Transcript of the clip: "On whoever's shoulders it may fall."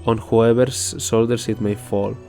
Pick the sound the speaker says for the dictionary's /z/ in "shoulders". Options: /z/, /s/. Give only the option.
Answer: /s/